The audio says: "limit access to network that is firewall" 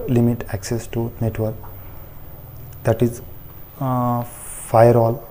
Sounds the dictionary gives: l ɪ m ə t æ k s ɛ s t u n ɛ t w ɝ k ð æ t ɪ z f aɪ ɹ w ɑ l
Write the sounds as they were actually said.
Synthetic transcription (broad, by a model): l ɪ m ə t æ k s ɛ s t u n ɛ t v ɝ k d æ t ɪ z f aɪ ɹ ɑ l